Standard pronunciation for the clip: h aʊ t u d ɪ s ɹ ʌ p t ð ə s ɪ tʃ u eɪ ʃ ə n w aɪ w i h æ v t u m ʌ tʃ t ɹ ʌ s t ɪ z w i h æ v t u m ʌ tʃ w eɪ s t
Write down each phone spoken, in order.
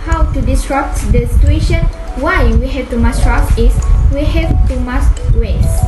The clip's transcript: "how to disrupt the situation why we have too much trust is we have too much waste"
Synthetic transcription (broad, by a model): h aʊ t u d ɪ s ɹ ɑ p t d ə s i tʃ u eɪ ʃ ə n w aɪ w i h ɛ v t u m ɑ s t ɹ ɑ t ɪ s w i h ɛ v t u m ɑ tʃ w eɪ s